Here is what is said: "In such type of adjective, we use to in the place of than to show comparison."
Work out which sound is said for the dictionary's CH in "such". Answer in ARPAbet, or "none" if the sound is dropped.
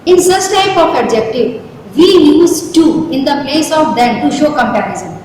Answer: S